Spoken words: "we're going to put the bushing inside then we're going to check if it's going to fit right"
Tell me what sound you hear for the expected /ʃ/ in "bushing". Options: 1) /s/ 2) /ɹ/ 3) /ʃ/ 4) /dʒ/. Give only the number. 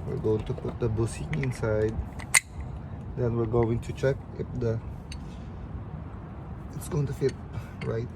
1